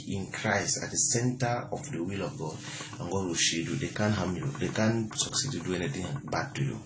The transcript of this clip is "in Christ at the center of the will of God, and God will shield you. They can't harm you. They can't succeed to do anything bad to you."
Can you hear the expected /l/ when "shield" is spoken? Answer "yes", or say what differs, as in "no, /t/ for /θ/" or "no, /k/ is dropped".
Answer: no, /l/ is dropped